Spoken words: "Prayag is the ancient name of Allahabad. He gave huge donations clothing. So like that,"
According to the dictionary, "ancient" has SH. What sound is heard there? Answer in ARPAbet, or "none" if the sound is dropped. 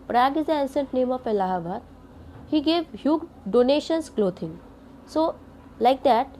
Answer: S